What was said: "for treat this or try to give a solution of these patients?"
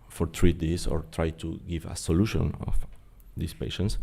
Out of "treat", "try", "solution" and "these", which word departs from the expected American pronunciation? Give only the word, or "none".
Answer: these